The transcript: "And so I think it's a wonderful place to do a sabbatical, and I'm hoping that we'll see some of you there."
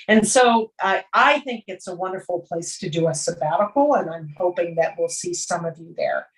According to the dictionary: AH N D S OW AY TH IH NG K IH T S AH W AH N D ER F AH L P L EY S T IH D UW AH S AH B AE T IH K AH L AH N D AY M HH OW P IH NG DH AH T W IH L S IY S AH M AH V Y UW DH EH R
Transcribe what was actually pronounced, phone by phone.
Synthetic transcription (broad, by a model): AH N S OW AY TH IH NG K IH T S AH W AH N D ER F L P L EY S T IH D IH AH S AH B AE T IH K L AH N AY M HH OW P IH NG DH AH T W IH L S IY S AH M AH V Y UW DH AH R